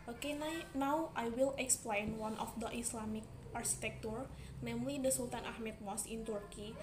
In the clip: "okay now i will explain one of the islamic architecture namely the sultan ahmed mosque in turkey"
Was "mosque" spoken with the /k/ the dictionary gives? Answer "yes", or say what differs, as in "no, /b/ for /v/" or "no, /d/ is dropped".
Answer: no, /k/ is dropped